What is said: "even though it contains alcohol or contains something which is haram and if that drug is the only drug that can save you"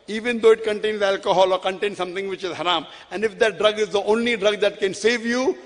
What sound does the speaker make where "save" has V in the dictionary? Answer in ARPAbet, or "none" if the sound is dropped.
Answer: V